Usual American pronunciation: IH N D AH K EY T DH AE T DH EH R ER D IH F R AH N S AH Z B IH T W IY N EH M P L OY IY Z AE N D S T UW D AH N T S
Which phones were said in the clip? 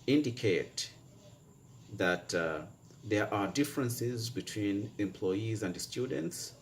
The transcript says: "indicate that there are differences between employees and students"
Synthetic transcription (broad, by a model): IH N D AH K EY T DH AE T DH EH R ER D IH F R AH N S AH Z B IH T W IY N EH M P L OY IY Z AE N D S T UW D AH N T S